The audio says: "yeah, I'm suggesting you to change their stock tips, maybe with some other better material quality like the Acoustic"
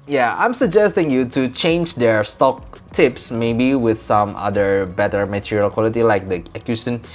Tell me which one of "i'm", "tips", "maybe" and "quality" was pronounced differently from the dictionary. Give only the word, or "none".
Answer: none